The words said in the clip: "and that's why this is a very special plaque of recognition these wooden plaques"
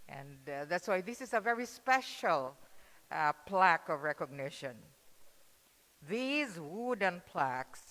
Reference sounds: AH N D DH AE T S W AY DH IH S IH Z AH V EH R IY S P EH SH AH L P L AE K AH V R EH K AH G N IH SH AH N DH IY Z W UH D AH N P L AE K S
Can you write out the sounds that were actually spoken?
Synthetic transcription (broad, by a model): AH N DH AE T S W AY DH IH S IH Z AH V EH R IY S P EH SH AH L P L AE K AH V R EH K AH G N IH SH AH N DH IY Z W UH D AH N P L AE K S